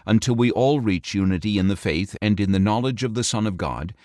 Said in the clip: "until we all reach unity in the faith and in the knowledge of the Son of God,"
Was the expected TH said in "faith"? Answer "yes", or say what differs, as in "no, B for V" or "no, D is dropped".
yes